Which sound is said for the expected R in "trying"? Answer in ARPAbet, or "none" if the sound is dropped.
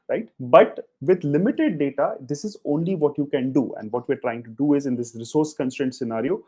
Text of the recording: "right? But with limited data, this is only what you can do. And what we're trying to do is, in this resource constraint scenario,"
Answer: R